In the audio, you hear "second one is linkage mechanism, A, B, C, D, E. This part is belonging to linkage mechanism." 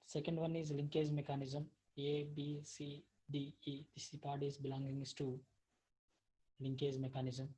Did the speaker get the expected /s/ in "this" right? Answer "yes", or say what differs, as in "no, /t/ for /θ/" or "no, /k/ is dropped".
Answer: no, /s/ is dropped